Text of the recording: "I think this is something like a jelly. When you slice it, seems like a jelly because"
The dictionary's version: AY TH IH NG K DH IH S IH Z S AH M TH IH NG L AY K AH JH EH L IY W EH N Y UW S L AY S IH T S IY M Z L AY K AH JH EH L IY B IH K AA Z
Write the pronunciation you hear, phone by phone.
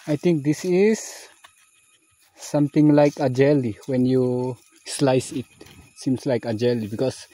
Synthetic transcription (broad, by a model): AY T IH NG K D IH S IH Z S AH M T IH NG L AY K AH JH EH L IY W EH N Y UW S L AY S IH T S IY M S L AY K AH JH EH L IY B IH K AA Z